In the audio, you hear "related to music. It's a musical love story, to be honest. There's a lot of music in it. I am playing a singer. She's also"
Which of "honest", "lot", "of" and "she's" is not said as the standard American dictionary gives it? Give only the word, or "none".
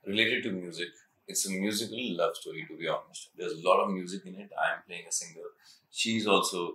none